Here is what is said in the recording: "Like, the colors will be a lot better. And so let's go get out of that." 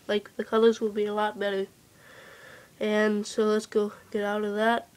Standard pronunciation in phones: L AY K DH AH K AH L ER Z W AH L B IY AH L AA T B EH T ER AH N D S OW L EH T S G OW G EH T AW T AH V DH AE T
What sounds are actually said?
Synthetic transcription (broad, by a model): L AY K DH AH K AH L ER Z W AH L B IY AH L AA T B EH T ER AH N S OW L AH T S G OW G EH T AW T AH V DH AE T